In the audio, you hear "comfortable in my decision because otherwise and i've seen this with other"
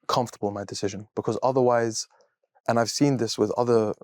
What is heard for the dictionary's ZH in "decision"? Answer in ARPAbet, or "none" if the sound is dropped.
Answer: ZH